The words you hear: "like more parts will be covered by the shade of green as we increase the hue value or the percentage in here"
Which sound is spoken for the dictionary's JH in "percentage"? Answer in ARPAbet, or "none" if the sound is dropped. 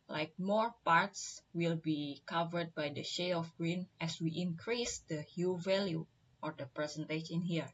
SH